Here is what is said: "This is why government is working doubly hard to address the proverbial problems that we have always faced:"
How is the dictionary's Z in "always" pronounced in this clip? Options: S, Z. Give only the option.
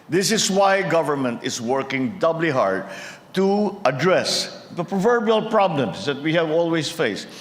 S